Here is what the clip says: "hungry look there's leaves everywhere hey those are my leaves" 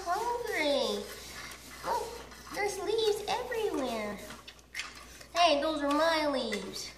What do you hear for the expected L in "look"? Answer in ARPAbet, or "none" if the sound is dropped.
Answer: W